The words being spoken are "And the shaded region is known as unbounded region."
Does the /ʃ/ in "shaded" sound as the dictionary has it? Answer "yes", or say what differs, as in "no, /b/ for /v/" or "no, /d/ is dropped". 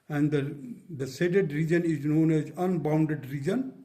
no, /s/ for /ʃ/